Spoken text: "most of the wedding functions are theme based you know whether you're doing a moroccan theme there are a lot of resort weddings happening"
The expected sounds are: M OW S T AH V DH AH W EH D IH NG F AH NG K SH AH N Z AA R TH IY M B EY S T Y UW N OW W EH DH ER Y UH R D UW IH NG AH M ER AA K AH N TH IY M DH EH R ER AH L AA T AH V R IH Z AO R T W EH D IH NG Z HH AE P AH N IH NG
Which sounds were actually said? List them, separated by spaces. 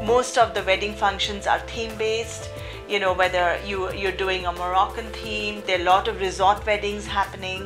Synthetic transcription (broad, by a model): M OW S T AH V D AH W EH D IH NG F AH NG K SH AH N Z AA R T IY M B EY S T Y UW N OW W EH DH ER Y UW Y D UW IH NG AH M ER AA K AH N T IY M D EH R L AA T AH V R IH Z AO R T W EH D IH NG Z HH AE P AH N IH NG